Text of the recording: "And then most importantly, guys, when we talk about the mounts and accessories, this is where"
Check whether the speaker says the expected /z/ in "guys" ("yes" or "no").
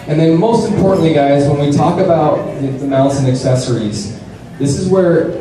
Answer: yes